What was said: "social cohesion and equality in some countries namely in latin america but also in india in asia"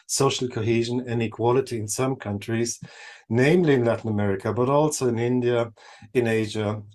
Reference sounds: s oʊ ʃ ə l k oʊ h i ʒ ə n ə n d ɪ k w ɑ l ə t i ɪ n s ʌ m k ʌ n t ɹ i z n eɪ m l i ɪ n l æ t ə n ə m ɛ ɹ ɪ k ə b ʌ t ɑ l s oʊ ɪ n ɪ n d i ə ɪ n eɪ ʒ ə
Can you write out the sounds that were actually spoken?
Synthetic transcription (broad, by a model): s oʊ ʃ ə l k oʊ h i ʒ ə n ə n ɪ k w ɑ l ə t i ɪ n s ʌ m k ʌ n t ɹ i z n eɪ m l i ɪ n l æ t n ə m ɛ ɹ ɪ k ə b ʌ t ɑ l s oʊ ɪ n ɪ n d i ə ɪ n eɪ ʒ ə